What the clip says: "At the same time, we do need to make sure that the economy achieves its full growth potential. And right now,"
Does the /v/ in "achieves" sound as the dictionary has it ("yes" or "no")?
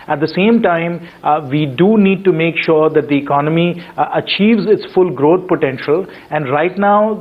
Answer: yes